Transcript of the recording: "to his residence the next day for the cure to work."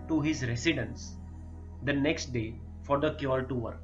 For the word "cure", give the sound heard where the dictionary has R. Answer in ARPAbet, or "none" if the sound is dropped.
L